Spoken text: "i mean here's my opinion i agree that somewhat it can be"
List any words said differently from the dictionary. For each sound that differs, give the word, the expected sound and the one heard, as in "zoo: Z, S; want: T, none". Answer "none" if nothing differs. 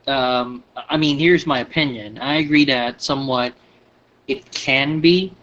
none